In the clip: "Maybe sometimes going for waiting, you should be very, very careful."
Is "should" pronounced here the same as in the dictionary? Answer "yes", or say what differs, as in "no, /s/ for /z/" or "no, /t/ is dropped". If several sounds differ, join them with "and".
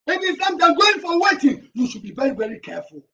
yes